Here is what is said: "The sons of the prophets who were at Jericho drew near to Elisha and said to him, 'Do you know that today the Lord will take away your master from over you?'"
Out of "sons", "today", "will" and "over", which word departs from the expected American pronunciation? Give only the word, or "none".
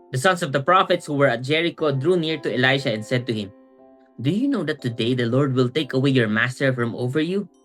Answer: sons